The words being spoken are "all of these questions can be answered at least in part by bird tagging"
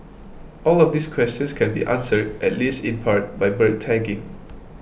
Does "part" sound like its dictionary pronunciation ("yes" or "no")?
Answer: yes